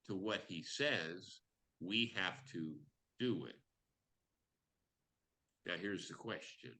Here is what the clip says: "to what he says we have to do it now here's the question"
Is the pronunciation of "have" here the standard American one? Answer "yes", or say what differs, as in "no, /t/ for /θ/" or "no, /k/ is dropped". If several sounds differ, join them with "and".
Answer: no, /f/ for /v/